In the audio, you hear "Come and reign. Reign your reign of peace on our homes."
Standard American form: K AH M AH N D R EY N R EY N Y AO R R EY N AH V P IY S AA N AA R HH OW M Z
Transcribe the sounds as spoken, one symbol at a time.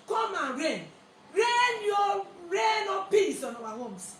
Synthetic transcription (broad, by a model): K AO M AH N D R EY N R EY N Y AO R R EY N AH P IY S AA N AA W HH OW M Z